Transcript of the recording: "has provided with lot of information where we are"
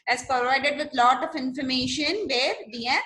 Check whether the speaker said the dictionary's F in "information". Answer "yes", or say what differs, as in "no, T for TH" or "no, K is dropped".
yes